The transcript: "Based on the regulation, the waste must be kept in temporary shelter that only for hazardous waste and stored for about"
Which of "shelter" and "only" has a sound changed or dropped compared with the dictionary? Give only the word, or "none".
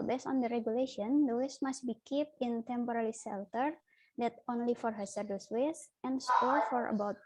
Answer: shelter